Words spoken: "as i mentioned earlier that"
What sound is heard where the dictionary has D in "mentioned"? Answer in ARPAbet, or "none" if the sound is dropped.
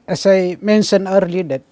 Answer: none